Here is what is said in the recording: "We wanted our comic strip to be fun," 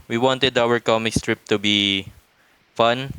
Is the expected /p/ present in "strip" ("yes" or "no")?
yes